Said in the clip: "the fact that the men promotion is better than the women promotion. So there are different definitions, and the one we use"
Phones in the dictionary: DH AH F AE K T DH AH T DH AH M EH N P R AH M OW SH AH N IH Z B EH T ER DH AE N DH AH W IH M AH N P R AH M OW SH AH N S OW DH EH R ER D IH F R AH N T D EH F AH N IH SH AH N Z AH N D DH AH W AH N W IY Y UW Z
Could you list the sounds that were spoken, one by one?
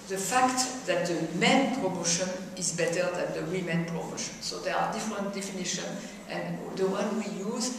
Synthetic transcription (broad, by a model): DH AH F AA K T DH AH T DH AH M EH N P R AH M OW SH AH N IH Z B EH T ER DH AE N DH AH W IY M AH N P R AH M OW SH AH N S OW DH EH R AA D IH F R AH N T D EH F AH N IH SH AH N AH N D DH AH W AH N W IY Y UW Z